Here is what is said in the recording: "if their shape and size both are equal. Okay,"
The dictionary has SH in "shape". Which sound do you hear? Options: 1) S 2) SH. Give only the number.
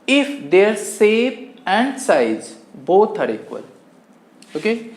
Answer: 1